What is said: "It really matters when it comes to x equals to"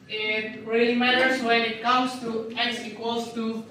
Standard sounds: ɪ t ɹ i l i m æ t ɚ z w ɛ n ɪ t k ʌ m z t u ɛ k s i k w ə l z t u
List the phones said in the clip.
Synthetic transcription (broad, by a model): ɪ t ɹ i l i m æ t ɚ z w ɛ n ɪ t k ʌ m s t u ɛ s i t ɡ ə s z t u